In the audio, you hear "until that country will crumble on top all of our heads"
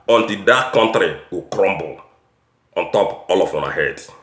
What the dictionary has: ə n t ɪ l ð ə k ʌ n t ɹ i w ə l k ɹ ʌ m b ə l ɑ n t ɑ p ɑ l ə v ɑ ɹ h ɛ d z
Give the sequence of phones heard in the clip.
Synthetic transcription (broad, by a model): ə n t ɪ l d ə k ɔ n t ɹ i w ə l k ɹ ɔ m b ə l ɑ n t ɑ p ɑ l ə w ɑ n h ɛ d